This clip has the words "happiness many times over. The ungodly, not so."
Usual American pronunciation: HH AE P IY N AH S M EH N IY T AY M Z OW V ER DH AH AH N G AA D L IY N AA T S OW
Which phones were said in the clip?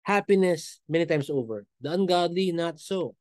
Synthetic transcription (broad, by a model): HH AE P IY N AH S M EH N IY T AY M S OW V ER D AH AH N G AA D L IY N AA T S OW